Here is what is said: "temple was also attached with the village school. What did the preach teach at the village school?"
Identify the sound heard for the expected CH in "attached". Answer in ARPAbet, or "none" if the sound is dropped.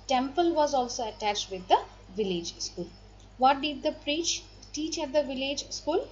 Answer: CH